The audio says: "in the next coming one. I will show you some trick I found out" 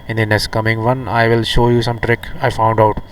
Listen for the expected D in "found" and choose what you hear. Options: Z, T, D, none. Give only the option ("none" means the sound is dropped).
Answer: D